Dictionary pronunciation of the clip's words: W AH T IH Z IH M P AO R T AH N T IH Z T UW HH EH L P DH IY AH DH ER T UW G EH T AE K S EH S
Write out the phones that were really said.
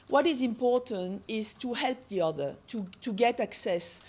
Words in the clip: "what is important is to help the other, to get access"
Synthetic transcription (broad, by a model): W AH T IH Z IH M P AO R T AH N T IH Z T UW HH EH L P DH IY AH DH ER T UW G EH T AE K S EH S